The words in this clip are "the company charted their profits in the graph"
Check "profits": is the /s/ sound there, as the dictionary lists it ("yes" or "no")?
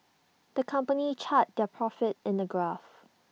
no